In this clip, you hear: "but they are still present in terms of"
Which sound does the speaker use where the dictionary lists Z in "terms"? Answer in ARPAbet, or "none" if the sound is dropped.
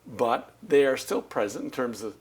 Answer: Z